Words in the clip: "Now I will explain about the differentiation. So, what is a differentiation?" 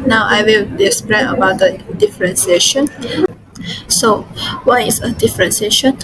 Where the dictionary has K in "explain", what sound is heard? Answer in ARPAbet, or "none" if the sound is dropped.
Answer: none